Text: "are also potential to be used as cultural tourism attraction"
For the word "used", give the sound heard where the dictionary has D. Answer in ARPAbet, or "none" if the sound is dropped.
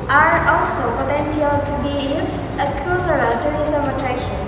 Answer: none